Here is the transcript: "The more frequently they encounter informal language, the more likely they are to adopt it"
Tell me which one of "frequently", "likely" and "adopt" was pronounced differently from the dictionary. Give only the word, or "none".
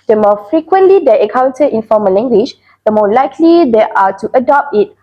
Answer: none